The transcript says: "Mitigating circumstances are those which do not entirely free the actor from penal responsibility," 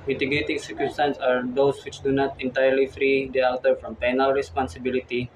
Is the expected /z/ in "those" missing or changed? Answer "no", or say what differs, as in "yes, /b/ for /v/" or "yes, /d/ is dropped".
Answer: yes, /s/ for /z/